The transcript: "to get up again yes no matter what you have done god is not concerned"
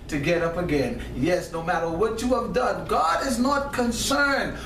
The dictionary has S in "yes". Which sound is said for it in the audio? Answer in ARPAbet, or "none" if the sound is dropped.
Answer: S